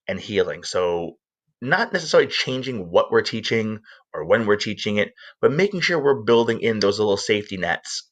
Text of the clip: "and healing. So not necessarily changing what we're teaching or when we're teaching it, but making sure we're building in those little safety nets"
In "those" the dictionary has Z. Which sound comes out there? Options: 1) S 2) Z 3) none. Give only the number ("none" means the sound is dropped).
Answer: 2